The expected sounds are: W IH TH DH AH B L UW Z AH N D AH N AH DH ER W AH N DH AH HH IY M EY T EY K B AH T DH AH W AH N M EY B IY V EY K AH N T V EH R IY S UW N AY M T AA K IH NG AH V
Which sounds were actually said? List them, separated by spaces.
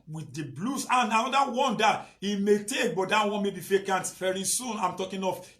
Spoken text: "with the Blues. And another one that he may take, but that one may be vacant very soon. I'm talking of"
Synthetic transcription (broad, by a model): W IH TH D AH B L UW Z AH N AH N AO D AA W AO N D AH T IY M EY T EY K B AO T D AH W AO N M EY B IY F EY K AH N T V EH R IY S UW N AY M T AA K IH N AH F